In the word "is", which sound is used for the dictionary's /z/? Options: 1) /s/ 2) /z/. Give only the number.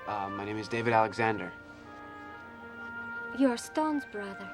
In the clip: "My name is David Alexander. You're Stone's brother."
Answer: 2